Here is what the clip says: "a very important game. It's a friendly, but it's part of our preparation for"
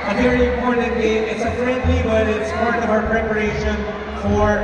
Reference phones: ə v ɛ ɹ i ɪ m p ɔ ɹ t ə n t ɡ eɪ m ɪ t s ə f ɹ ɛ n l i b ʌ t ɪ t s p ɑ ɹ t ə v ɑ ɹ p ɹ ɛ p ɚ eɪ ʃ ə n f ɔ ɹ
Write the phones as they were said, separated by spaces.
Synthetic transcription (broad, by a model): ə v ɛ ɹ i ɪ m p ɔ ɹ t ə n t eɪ ɪ t s ə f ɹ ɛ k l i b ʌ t ɪ t s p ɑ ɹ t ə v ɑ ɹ p ɹ ɛ p ɚ eɪ ʃ ə n f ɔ ɹ